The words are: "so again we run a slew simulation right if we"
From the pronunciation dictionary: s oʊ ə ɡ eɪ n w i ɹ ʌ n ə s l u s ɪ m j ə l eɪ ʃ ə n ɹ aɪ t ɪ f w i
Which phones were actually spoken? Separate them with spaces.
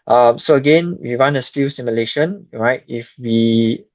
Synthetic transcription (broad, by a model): s oʊ ə ɡ eɪ n w i w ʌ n ə s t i s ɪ m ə l eɪ ʃ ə n ɹ aɪ t ɪ f w i